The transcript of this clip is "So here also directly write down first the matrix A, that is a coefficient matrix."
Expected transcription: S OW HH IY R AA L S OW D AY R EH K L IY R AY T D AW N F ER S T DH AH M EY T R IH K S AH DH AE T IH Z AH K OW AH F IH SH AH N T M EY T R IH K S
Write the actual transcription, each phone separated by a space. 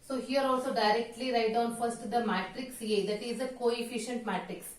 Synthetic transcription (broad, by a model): S OW HH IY R AA L S OW D AY R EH K L IY R AY T D AW N F ER S T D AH M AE T R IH K S AH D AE T IH Z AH K OW AH F IH SH AH N T M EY T R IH K S